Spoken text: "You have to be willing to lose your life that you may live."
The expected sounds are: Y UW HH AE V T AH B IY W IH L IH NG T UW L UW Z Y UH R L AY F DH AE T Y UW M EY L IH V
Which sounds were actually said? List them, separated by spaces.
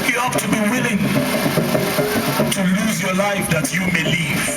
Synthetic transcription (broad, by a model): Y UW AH P T AH B IY W IH L IH NG T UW L UW Z Y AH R L AY F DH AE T Y UW M EY L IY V